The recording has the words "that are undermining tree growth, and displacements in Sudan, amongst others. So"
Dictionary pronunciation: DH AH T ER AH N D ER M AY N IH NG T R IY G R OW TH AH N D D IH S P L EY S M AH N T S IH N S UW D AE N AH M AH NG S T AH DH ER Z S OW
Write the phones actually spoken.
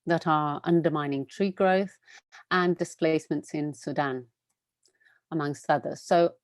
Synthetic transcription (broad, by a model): DH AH T ER AH N D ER M AY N IH NG T R IY G R OW TH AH N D D IH S P L EY S M AH N T S IH N S UW D AE N AH M AH NG S T AH DH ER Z S OW